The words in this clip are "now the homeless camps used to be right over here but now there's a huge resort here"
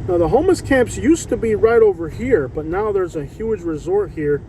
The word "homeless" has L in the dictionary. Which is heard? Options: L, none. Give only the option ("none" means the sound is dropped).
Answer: none